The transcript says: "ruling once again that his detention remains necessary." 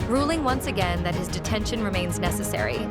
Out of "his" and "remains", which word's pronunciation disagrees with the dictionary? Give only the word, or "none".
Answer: none